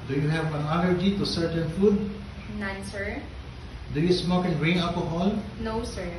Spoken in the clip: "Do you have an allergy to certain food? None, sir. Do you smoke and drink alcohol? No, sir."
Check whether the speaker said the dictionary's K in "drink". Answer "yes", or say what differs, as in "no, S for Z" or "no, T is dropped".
no, K is dropped